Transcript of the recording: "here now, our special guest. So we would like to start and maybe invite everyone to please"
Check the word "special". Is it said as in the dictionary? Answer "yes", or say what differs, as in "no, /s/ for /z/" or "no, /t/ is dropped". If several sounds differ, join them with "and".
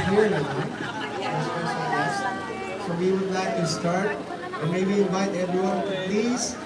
no, /p/ is dropped and /s/ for /ʃ/